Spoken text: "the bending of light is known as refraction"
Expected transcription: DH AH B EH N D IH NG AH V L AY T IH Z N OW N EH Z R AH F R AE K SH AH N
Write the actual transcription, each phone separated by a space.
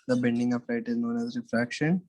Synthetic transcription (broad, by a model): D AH B EH N D IH NG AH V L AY T IH Z N OW N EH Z R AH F R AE K SH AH N